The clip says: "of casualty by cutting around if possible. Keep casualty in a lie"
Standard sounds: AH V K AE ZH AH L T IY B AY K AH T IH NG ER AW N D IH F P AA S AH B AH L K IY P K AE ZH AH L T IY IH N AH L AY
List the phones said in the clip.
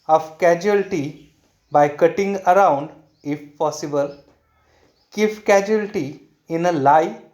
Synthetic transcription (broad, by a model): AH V K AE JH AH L T IY B AY K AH T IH NG ER AW N D IH F P AA S AH B AH L K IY F K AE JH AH L T IY IH N AH L AY